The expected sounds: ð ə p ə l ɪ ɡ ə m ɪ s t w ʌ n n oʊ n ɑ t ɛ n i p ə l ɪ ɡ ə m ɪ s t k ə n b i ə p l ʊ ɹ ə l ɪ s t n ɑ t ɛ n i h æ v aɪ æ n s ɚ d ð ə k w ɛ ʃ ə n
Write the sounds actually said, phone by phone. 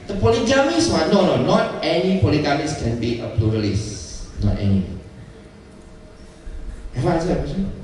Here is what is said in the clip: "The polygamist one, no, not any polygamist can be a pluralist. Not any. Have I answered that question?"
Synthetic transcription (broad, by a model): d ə p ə l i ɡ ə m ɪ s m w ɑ n n oʊ n ɑ t ɛ n i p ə l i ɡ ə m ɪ s k ə n b i ə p l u ɹ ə l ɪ s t n ɑ t ɛ n i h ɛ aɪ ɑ s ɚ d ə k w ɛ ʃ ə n